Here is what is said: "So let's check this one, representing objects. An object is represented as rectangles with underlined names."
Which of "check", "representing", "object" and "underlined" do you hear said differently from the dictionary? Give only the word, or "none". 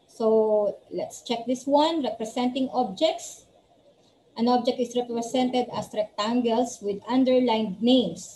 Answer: representing